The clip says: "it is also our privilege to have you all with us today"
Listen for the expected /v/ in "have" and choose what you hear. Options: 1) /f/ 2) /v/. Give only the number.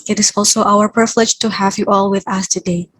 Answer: 2